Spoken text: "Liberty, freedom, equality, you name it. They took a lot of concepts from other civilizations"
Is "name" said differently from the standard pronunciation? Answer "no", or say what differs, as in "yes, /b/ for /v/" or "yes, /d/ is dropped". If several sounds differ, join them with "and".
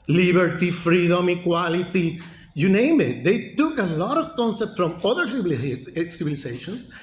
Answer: no